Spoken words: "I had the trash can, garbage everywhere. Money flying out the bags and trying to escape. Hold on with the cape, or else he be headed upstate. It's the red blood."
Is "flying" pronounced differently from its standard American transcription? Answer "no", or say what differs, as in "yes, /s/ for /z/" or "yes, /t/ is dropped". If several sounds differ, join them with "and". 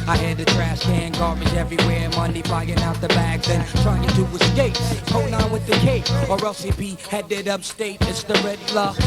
yes, /l/ is dropped